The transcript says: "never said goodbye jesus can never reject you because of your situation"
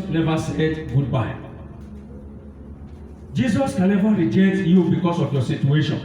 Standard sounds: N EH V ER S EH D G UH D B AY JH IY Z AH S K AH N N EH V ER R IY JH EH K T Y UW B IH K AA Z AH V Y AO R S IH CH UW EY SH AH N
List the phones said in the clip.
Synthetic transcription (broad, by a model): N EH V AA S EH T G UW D B AY JH IY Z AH S K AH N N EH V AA R IY JH EH K T Y UW B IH K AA S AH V Y AO S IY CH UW EY SH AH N